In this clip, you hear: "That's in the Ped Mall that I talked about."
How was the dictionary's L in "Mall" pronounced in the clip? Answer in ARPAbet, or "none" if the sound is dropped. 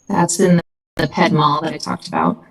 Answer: L